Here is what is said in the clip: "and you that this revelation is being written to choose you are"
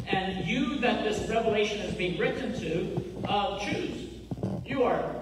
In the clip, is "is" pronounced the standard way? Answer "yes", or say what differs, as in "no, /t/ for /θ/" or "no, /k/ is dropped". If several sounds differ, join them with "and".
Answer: yes